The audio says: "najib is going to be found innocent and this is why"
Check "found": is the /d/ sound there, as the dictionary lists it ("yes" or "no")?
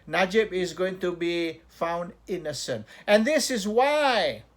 yes